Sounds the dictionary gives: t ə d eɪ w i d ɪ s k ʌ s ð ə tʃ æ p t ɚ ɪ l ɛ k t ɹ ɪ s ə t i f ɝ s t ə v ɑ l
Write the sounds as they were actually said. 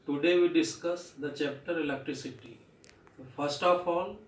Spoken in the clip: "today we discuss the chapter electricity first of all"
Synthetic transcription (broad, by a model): t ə d eɪ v i d ɪ s k ʌ s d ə tʃ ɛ p t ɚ ɪ l ɛ k t ɹ ɪ s ə t i f ɝ s t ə f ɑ l